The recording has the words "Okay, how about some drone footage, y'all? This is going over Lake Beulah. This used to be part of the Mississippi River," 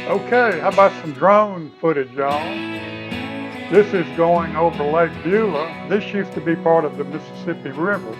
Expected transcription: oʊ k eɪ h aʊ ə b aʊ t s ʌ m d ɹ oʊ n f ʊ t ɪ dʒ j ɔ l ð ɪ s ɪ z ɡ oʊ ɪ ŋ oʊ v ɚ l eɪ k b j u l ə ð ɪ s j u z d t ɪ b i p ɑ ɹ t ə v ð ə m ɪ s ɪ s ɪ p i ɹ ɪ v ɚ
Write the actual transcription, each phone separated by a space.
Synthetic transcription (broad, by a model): oʊ k eɪ h aʊ ə b aʊ t s ʌ m d ɹ oʊ n f ʊ t ɪ dʒ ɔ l ð ɪ s ɪ z ɡ oʊ ɪ ŋ oʊ v ɚ l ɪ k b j u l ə ð ɪ s j u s t ɪ b i p ɑ ɹ t ə v ð ə m ɪ s ɪ s ɪ p i ɹ ɪ v ɚ